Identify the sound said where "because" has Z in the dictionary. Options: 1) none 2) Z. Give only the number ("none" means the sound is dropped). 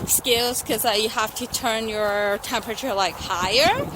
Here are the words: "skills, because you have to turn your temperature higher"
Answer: 1